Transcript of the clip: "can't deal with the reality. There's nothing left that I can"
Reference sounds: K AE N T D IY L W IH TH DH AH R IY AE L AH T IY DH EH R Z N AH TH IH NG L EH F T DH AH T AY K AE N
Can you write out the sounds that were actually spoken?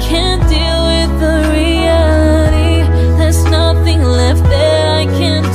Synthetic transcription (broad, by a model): K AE N D IY L W IH DH AH R IY AE L AH T IY DH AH R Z N AH TH IH NG L EH F T DH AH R AY K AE N